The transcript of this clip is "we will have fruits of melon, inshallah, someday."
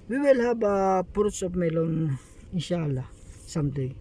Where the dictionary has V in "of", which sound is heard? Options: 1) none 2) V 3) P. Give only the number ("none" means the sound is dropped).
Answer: 3